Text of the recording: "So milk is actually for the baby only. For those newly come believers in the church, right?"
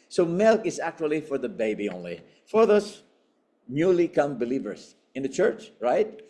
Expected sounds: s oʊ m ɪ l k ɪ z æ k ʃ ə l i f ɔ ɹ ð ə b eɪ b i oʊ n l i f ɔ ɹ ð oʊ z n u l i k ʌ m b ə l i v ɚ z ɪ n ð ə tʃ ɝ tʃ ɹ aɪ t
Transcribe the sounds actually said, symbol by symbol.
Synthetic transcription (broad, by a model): s oʊ m ɪ l k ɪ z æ k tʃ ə l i f ɔ ɹ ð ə b eɪ b i oʊ n l i f ɔ ɹ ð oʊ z n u l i k ʌ m b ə l i v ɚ s ɪ n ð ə tʃ ɝ tʃ ɹ aɪ t